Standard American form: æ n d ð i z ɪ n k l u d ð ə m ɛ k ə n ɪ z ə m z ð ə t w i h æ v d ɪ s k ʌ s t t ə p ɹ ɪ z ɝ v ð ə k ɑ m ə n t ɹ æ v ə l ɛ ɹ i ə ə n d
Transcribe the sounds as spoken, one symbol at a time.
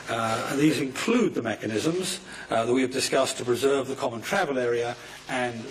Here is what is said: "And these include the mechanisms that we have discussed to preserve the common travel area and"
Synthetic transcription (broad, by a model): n ð i z ɪ n k l u d ð ə m ɛ k ə n ɪ z ə m z ð ə t w i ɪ v d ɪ s k ʌ s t t ə p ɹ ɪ z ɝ v ð ə k ɑ m ə n t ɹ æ v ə l ɛ ɹ i ə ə n